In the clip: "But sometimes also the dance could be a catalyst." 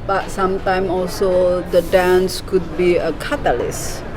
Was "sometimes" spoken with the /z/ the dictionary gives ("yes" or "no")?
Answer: no